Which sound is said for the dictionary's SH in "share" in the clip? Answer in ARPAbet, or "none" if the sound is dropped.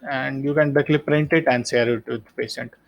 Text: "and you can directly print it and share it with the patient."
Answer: S